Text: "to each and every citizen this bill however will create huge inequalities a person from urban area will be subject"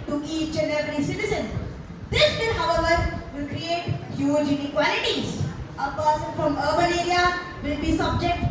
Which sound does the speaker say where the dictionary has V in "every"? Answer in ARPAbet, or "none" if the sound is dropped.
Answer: none